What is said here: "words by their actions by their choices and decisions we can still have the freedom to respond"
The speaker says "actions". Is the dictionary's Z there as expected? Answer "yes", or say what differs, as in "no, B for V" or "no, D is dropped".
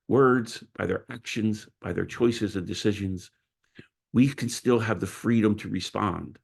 yes